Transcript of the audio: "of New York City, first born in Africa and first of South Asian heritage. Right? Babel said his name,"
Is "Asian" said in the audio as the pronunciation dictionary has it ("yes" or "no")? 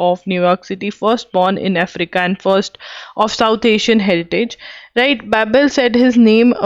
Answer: no